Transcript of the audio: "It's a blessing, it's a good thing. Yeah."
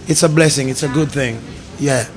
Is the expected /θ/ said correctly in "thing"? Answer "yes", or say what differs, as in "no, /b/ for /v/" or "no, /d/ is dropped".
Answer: yes